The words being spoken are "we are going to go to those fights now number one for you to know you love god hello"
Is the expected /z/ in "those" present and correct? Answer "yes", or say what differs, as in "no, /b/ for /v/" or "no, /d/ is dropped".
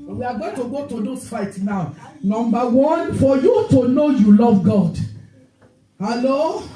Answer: no, /s/ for /z/